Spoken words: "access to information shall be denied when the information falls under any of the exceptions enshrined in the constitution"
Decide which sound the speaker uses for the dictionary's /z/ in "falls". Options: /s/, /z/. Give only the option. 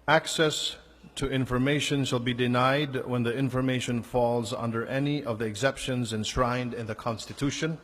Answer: /z/